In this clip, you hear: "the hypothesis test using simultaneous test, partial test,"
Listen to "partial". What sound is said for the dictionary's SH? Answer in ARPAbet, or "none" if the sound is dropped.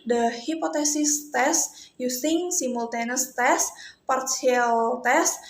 S